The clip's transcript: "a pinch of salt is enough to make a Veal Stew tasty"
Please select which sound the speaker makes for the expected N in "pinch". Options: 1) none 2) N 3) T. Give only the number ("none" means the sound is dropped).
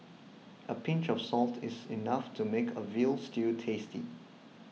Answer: 2